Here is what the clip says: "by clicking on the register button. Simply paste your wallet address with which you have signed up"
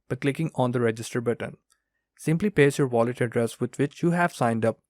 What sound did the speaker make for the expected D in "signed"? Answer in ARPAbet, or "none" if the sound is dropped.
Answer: D